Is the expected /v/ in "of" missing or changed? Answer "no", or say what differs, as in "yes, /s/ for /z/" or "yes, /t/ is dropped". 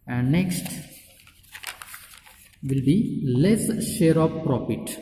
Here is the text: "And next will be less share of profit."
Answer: yes, /p/ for /v/